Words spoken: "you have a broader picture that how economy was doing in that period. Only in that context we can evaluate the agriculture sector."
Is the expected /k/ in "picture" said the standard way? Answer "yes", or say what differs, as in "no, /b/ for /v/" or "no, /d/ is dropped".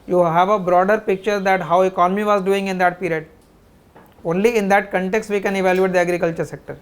yes